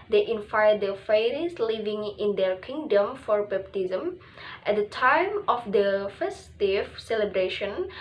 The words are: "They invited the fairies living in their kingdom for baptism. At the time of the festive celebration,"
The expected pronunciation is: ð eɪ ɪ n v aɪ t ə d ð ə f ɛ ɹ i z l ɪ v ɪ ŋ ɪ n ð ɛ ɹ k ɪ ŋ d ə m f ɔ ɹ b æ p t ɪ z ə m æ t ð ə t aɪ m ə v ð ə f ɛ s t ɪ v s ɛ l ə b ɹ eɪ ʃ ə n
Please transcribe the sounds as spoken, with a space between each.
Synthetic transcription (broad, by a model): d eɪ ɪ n f aɪ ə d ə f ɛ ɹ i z l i v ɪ ŋ ɪ n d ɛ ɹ k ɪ ŋ d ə m f ɔ ɹ b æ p t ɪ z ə m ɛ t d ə t aɪ m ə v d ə f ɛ s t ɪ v s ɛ l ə b ɹ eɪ ʃ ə n